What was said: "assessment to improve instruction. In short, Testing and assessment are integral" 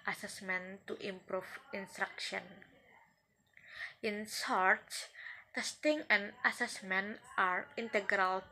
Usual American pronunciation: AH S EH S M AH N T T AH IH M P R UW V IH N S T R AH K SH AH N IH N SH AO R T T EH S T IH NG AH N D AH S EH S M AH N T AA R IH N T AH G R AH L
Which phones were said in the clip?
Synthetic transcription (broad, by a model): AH S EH S M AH N T T AH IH M P R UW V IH N S T R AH K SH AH N IH N S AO R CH T EH S T IH NG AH N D AH S EH S M AH N T AA R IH N T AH G R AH L